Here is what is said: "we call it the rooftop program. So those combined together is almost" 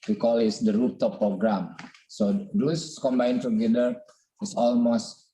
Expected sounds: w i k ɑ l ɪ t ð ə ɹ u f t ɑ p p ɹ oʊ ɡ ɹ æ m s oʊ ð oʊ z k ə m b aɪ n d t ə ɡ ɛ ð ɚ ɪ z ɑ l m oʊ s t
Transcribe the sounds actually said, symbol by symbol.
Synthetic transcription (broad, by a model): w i k ɑ l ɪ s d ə ɹ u p t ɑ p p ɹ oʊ ɡ ɹ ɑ m s oʊ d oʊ s k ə m b aɪ n t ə ɡ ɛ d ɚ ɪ s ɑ l m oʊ s t